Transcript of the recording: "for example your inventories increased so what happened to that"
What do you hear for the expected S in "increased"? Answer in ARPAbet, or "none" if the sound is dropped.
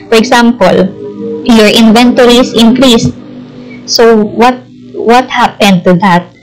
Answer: S